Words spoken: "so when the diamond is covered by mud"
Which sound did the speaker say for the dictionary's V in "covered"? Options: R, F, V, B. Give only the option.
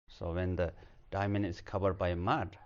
B